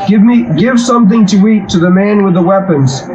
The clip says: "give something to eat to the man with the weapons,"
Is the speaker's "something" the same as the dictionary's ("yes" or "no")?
yes